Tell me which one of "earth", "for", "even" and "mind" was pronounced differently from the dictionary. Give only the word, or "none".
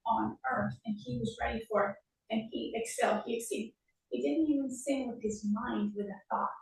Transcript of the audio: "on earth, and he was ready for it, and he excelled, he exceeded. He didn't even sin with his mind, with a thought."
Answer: none